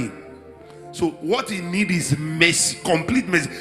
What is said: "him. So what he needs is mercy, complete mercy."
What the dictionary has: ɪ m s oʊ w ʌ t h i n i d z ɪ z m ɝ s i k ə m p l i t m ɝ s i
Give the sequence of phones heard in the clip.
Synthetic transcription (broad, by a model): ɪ s oʊ w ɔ t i n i d ɪ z m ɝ s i k ə m p l i t m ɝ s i